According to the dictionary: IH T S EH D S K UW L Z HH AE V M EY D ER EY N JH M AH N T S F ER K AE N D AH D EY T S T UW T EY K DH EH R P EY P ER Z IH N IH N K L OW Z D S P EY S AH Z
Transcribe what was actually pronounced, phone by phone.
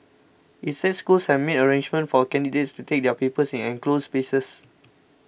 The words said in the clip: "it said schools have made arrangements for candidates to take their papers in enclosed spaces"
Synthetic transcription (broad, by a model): IH T S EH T S K UW L S HH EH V M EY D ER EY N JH M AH N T F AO K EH N D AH D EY T S T UW T EY K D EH P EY P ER S IH N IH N K L OW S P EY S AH S